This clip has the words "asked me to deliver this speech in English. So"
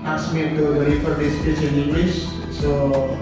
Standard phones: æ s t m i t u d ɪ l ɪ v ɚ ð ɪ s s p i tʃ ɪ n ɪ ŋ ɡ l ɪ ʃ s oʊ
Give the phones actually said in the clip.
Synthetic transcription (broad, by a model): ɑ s m i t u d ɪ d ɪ f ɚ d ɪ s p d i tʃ ɪ n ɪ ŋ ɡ l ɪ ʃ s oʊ